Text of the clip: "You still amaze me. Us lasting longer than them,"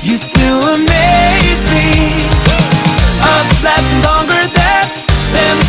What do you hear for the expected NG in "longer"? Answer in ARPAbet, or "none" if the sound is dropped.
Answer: NG